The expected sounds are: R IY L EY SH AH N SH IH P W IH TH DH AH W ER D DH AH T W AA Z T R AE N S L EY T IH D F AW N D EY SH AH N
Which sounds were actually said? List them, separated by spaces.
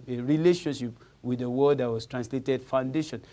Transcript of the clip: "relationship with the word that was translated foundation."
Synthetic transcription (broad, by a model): R IY L EY SH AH N SH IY P W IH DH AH W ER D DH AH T W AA S T R AE N S L EY T IH D F AW N D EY SH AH N